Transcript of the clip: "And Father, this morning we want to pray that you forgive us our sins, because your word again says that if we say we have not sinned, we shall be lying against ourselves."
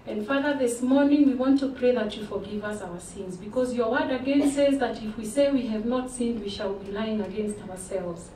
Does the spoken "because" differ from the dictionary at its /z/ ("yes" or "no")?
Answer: no